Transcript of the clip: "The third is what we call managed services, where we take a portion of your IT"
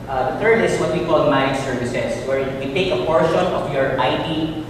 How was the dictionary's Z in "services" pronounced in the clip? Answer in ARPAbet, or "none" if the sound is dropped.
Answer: S